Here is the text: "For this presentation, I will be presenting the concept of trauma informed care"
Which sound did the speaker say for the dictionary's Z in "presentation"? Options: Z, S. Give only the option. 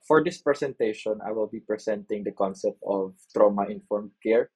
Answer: S